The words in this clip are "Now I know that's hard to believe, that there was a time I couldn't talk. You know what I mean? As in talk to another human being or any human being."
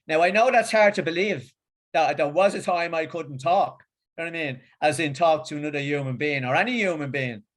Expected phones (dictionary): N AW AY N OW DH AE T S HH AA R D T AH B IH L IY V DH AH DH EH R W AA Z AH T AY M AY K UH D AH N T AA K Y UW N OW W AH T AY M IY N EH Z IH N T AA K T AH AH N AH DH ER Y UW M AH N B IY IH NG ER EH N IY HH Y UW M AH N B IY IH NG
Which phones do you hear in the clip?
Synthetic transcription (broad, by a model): N AW AY N OW DH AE T S HH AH R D T AH B IH L IY V DH AH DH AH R W AA Z AH T AY M AY K UH D N T AA K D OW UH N AY M IY N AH Z IH N T AA K T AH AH N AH DH ER Y UW M AH N B IY IH NG ER EH N IY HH Y UW M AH N B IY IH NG